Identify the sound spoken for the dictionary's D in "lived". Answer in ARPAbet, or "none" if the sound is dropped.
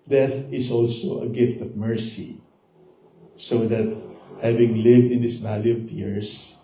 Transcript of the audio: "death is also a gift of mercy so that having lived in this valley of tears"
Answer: D